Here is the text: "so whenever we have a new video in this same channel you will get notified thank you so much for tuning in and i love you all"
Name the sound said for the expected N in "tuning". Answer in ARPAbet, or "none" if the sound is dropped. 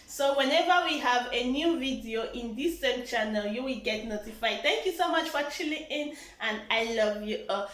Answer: L